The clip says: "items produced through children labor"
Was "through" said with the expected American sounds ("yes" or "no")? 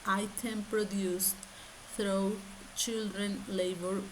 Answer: no